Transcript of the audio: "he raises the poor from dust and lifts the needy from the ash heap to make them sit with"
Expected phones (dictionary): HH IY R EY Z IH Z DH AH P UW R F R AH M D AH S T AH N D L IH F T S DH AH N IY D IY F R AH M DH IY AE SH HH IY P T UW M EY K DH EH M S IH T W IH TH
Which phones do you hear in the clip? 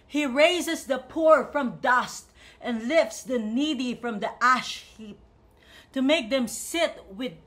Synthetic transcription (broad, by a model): HH IY R EY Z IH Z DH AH P UW R F R AH M D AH S T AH N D L IH F T S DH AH N IY D IY F R AH M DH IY AE SH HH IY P T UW M EY K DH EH M S IH T W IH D